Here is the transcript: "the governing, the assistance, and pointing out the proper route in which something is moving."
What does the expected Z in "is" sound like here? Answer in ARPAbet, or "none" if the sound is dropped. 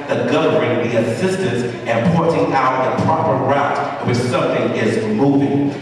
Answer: Z